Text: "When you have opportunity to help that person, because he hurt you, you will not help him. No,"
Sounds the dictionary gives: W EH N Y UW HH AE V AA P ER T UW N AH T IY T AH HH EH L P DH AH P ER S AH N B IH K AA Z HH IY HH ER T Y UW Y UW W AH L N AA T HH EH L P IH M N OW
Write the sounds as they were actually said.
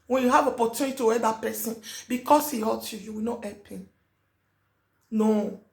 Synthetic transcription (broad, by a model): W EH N Y UW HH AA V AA P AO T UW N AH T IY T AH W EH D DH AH P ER S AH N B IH K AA S HH IY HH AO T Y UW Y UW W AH N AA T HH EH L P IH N N OW